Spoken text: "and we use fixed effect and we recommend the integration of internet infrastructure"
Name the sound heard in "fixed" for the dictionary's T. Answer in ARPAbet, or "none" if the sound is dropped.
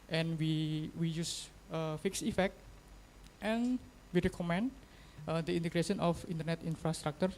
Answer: none